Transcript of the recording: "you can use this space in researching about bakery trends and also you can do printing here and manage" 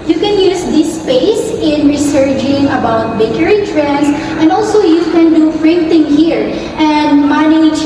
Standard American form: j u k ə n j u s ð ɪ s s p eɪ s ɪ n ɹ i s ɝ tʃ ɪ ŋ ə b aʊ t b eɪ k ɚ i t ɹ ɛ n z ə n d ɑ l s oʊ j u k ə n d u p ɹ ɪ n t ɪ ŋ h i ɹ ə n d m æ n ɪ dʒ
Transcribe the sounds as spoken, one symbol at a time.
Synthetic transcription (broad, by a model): j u k ə n j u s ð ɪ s s p eɪ s ɪ n ɹ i s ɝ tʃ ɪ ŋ ə b aʊ t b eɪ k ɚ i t ɹ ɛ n s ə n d ɑ l s oʊ j u k ə n d u f ɹ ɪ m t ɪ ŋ h i ɹ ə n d m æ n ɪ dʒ